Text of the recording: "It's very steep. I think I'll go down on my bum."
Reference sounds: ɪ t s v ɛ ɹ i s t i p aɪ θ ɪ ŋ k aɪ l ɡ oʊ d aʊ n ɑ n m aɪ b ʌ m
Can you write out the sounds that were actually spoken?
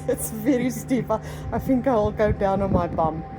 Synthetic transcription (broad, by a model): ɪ t s v ɛ ɹ i s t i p aɪ θ ɪ ŋ k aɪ l ɡ oʊ d aʊ n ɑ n m aɪ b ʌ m